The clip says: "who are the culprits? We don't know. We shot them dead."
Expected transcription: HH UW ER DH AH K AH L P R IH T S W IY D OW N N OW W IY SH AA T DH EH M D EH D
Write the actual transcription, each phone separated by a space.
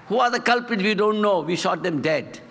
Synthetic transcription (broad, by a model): HH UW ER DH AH K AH L P IH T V IY D OW N N OW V IY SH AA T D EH M D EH D